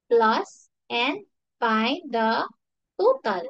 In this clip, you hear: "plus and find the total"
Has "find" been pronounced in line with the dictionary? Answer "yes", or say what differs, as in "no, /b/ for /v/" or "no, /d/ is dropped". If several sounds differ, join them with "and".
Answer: no, /n/ is dropped